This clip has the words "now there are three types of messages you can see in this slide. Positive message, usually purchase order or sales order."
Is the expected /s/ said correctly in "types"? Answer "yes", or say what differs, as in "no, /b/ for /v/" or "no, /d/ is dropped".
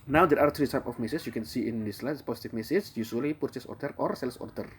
no, /s/ is dropped